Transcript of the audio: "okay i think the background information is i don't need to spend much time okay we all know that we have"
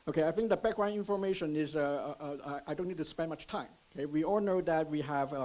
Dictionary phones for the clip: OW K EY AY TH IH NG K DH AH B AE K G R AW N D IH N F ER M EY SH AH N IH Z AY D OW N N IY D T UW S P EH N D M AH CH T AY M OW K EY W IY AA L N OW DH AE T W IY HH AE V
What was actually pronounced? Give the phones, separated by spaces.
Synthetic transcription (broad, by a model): OW K EY AY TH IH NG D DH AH B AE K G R AW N IH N F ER M EY SH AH N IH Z AY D OW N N IY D T UW S P EH N D M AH CH T AY M OW K EY W IY AA L N OW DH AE T W IY HH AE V